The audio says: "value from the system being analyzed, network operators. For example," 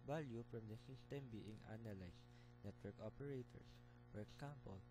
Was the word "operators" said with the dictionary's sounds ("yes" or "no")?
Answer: no